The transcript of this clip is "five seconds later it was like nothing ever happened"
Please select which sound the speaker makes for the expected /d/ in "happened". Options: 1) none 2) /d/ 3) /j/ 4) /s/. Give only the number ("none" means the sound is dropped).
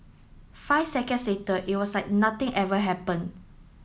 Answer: 1